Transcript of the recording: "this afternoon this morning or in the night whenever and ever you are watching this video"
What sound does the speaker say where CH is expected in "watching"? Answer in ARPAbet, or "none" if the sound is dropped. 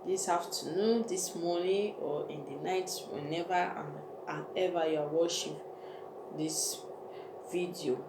SH